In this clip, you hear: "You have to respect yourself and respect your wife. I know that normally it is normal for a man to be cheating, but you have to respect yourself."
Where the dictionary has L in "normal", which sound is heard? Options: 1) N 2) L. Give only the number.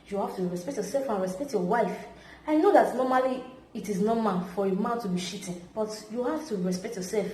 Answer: 1